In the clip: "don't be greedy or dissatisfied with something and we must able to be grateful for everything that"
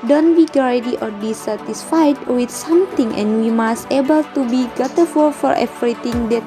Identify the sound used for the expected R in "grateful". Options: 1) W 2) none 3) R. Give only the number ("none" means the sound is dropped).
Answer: 2